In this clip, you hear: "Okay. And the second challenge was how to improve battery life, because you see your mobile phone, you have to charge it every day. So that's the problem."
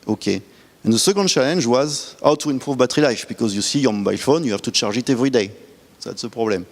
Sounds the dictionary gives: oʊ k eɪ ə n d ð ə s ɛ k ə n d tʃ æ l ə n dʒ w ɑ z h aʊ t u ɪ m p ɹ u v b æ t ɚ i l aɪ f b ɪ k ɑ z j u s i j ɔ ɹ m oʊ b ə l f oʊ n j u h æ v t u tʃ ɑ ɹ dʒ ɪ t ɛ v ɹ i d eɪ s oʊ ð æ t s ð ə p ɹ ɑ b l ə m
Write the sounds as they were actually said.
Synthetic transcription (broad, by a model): oʊ k eɪ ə n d ð ə s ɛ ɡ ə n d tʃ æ l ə n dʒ w ɑ z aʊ t u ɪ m p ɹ u v b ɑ t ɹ i l aɪ f b ɪ k ɑ z j u s i j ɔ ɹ m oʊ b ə l f oʊ n j u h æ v t u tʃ ɑ ɹ ʒ ɪ t ɛ v ɹ i d eɪ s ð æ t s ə p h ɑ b l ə m